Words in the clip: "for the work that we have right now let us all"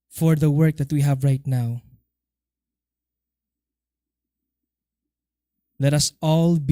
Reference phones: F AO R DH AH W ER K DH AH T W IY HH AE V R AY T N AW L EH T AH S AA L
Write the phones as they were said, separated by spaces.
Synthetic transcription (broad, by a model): F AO R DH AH W ER K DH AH T W IY HH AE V R AY T N AW L EH T AH S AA L